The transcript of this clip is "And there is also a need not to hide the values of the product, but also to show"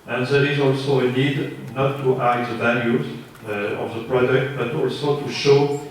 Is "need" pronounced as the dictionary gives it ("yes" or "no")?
yes